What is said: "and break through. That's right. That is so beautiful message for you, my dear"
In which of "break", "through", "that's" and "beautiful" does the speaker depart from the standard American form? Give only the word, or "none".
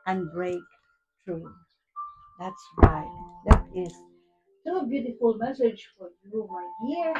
through